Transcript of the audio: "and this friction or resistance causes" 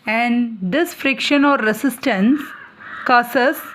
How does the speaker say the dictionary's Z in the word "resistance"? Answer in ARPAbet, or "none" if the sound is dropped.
S